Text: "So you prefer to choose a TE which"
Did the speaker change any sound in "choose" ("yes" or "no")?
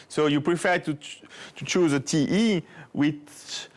no